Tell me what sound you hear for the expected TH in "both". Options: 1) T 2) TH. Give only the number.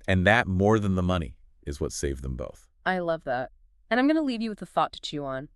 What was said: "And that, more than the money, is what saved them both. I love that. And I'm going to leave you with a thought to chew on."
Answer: 2